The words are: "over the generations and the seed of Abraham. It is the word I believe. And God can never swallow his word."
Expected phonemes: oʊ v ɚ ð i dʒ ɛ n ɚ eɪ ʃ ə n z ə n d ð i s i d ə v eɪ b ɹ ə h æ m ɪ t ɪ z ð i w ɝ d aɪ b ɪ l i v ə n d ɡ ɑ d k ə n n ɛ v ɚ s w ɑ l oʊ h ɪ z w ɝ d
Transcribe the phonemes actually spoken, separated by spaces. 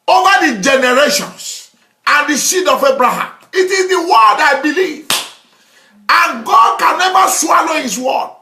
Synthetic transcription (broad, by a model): oʊ v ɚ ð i dʒ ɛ n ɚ eɪ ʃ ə n s ə n d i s i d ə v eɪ b ɹ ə h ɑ m ɪ t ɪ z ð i w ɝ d aɪ b ɪ l i v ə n ɡ ɑ d k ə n n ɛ v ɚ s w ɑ l oʊ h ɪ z w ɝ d